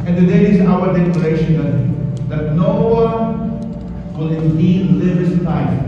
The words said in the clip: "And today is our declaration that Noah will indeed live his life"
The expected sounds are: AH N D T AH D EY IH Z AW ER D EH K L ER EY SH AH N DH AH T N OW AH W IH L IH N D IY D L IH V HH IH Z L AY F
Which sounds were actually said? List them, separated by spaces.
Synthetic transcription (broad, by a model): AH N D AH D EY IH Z AW ER D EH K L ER EY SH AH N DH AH T N OW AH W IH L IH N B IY L IH V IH S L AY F